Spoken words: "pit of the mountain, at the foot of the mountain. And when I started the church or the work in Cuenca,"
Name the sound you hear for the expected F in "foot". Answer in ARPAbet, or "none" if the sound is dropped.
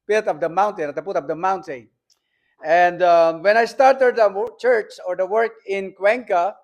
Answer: P